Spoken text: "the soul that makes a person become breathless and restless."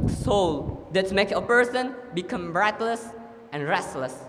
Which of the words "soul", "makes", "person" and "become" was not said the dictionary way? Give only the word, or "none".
makes